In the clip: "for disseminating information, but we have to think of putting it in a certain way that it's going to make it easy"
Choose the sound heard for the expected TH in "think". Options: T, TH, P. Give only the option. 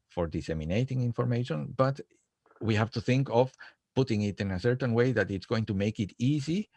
TH